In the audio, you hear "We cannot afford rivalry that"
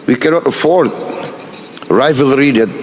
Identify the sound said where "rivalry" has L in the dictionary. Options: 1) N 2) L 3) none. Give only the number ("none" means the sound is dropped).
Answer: 2